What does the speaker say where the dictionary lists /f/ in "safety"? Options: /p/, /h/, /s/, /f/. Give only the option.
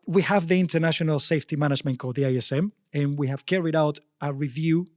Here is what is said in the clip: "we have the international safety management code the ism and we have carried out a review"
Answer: /f/